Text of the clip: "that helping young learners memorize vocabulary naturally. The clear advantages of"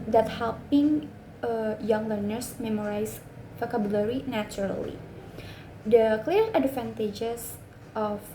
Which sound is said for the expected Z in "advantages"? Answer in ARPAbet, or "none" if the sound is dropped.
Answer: S